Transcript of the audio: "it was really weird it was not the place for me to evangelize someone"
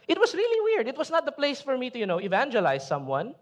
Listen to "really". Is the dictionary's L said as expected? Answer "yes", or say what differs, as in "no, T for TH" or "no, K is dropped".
yes